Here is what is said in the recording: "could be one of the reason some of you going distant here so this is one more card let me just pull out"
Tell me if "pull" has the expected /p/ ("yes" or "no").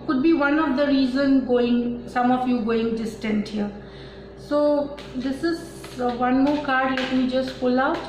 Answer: no